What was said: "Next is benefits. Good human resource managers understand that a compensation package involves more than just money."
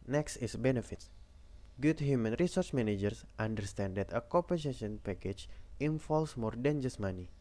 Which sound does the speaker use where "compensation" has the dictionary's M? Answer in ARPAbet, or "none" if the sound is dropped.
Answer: none